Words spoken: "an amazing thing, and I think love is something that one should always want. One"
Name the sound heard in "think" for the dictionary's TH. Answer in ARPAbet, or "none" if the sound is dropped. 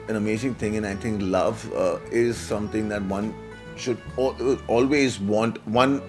T